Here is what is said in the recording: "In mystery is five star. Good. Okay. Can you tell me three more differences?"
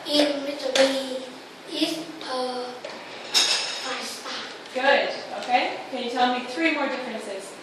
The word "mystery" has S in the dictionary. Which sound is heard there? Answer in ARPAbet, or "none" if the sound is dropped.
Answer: none